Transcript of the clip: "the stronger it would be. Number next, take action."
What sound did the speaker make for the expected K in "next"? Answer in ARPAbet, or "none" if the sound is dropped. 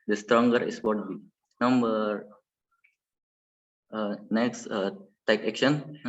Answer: K